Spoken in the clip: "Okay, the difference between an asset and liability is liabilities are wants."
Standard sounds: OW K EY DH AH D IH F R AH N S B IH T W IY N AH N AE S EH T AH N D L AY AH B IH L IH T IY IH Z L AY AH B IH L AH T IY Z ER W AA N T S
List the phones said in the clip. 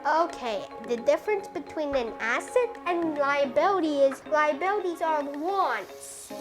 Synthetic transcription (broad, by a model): OW K EY DH AH D IH F R AH N S B IH T W IY N AH N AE S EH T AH N L AY AH B IH L IH T IY IH Z L AY AH B IH L AH T IY Z ER W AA N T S